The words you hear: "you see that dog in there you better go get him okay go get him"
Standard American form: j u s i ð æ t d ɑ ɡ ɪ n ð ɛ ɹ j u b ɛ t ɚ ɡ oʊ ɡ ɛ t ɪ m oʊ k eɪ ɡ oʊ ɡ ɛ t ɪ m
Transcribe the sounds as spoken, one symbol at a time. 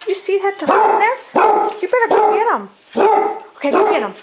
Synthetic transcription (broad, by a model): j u s i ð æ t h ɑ ɪ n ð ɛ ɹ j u b ɛ t ɚ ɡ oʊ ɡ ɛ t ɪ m oʊ k eɪ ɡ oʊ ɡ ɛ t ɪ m